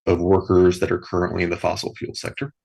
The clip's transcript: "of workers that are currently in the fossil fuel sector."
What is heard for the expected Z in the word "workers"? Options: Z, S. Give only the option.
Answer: Z